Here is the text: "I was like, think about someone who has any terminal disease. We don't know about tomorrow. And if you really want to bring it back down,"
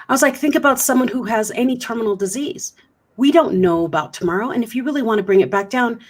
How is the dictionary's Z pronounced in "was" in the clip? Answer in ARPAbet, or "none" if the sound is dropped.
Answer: Z